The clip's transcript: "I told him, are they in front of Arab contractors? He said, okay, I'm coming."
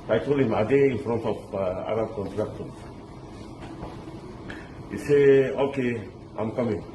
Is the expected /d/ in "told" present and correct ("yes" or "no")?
no